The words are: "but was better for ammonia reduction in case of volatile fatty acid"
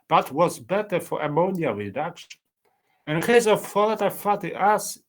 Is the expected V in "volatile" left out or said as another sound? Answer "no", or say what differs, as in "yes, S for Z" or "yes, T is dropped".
yes, F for V